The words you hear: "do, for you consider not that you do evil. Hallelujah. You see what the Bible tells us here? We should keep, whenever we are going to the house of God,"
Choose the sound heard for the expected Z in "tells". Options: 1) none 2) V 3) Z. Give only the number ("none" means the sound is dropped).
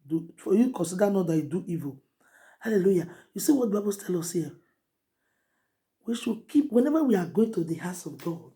1